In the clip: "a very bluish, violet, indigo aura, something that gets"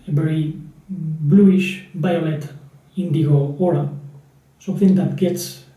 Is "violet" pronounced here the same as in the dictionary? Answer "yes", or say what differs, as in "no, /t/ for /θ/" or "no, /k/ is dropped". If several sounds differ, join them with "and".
no, /b/ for /v/